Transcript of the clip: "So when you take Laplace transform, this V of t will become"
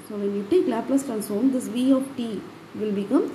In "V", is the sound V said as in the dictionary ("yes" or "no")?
yes